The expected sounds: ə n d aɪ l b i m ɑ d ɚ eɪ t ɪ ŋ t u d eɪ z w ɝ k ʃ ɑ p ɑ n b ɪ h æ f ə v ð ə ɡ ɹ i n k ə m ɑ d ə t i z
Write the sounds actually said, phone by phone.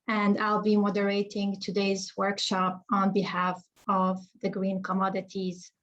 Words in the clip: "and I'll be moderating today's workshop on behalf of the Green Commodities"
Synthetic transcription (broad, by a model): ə n d aɪ l b i m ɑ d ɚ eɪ t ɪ ŋ t u d eɪ z w ɝ k ʃ ɑ p ɑ n b ɪ h æ f ə v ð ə ɡ ɹ i n k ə m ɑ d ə t i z